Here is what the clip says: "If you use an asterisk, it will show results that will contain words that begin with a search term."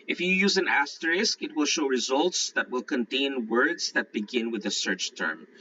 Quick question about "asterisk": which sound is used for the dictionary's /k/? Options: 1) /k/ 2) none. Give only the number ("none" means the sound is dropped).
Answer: 1